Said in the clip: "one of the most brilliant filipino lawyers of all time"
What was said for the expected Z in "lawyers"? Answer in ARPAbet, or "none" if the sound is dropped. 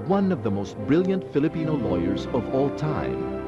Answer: Z